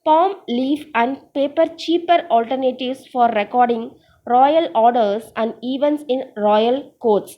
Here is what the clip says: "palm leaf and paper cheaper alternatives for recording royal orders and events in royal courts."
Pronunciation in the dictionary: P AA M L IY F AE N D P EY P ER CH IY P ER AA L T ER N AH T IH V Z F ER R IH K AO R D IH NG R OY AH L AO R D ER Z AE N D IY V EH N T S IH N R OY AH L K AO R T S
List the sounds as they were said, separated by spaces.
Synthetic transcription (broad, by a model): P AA M L IY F AE N D P EY P ER CH IY P ER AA L T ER N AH T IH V S F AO R IH K AO R D IH NG R OY AH L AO R D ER S AE N D IY V EH N T S IH N R OY AH L K AO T S